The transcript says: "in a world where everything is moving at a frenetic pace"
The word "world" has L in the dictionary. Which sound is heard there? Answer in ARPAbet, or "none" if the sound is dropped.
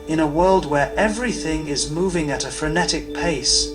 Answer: L